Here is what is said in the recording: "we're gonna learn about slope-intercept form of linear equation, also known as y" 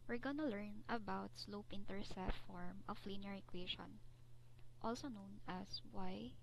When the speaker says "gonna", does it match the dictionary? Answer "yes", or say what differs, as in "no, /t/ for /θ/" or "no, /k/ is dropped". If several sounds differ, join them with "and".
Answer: yes